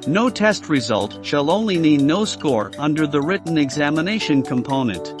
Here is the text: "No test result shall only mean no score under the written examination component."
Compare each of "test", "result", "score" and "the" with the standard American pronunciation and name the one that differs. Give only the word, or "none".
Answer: none